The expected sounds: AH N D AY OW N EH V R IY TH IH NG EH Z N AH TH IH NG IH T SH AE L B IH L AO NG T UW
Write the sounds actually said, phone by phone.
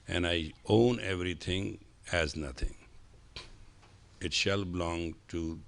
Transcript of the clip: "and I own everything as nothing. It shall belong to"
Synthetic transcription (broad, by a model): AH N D AY OW N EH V R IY T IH NG EH Z N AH T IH NG IH T SH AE L B IH L AO NG T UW